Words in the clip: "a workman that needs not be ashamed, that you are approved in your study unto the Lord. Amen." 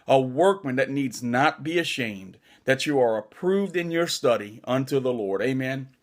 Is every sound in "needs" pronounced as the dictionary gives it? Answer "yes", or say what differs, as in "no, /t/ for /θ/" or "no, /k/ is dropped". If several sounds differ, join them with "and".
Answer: yes